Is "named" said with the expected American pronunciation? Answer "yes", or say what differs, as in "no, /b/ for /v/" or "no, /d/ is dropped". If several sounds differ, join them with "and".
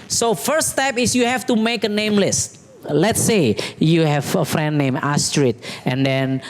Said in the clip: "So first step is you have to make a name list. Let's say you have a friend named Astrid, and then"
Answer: no, /d/ is dropped